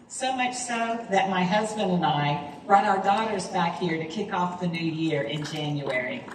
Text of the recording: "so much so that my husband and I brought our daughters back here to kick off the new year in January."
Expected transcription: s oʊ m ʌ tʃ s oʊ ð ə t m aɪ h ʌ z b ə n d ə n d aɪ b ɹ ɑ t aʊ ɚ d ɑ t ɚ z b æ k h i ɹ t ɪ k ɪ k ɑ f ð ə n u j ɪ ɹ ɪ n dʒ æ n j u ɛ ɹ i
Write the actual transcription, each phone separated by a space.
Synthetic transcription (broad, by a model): s oʊ m ʌ tʃ s oʊ ð ə t m aɪ h ʌ z b ə n d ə n aɪ b ɹ ɑ t aʊ ɚ d ɑ t ɚ z b æ k h i ɹ t ɪ k ɪ k ɑ f ð ə n u j ɪ ɹ ɪ n dʒ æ n j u ɛ ɹ i